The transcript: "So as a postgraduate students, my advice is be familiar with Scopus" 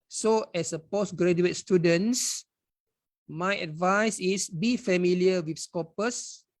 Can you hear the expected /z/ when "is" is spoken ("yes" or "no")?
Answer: no